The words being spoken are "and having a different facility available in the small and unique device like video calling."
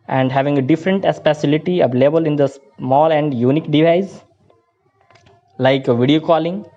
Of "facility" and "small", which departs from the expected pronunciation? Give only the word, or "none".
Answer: facility